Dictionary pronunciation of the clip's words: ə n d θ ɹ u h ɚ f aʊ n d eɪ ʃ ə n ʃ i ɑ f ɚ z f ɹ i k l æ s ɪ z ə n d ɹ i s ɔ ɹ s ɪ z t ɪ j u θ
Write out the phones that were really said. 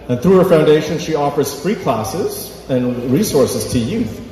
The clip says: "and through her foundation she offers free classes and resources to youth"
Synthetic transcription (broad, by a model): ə n θ ɹ u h ɚ f aʊ n d eɪ ʃ ə n ʃ i ɑ f ɚ z f ɹ i k l æ s ɪ z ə n ɹ i s ɔ ɹ s ɪ z t ɪ j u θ